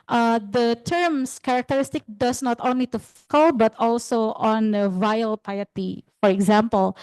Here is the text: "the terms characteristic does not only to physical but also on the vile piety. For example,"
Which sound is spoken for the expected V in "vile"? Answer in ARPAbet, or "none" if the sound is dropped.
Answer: V